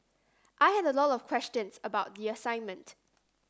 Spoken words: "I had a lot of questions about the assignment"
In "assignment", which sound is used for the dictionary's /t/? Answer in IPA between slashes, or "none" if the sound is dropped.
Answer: /t/